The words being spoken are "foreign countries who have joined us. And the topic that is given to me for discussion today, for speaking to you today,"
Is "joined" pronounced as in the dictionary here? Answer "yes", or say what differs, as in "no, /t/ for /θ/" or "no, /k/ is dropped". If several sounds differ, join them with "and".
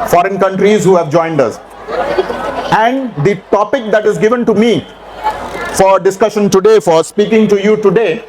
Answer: yes